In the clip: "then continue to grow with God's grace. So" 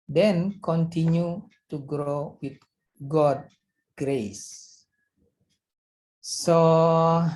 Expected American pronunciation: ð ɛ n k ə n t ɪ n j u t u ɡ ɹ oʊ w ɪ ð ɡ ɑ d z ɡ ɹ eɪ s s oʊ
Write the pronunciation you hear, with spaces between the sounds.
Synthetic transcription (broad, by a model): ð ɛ n k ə n t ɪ n j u t u ɡ ɹ oʊ w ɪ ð ɡ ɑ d ɡ ɹ eɪ s s oʊ